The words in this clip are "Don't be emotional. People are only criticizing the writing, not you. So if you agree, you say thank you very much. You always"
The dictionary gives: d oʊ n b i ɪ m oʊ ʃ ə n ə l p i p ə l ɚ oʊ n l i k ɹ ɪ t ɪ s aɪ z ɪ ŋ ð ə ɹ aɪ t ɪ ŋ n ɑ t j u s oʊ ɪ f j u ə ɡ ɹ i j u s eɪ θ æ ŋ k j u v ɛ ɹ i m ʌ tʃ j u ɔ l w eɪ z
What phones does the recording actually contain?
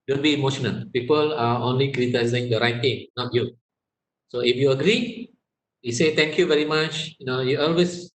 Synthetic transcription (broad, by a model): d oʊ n b i m oʊ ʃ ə n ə l p i p ə l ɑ oʊ n l i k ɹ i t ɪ ɪ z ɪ ŋ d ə ɹ aɪ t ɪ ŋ n ɑ t j u s oʊ ɪ f j u ə ɡ ɹ i j u s eɪ t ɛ ŋ k j u v ɛ ɹ i m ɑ tʃ j u ɔ l w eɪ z